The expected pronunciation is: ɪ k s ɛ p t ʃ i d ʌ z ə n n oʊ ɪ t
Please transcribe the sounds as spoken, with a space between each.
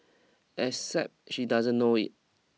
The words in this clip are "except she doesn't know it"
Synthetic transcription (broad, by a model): ɪ k s ɛ p t ʃ i d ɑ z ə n n oʊ ɪ t